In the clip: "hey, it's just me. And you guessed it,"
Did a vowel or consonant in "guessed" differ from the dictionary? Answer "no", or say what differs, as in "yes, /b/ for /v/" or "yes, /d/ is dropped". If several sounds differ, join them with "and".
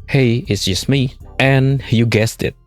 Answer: no